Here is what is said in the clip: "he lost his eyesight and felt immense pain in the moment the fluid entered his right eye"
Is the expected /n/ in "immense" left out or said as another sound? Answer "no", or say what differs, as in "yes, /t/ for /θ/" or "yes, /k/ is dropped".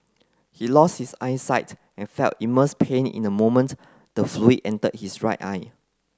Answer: yes, /n/ is dropped